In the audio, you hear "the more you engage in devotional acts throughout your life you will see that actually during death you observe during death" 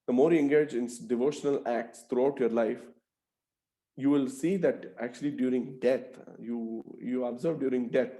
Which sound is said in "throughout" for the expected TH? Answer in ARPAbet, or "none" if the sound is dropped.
T